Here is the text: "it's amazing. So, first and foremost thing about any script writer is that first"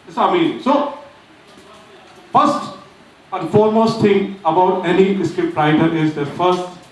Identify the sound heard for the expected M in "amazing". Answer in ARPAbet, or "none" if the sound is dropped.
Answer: none